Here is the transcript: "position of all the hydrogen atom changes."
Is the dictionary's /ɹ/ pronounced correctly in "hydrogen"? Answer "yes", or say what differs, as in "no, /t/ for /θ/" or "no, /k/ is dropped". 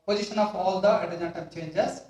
no, /ɹ/ is dropped